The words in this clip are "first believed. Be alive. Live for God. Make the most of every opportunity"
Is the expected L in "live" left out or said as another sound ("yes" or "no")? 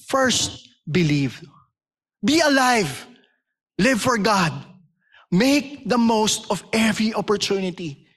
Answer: no